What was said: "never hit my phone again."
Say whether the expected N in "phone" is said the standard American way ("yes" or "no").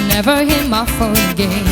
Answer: no